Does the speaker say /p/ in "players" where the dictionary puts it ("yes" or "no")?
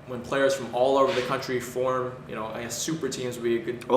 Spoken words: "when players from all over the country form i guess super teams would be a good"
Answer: yes